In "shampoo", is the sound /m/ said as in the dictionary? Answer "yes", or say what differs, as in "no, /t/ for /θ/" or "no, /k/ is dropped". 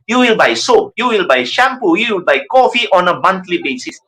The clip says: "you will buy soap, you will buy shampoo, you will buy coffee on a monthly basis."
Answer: yes